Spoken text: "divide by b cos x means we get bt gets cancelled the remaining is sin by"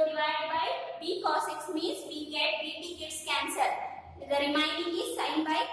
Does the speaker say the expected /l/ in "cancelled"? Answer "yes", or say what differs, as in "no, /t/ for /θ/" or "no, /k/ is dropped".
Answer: no, /l/ is dropped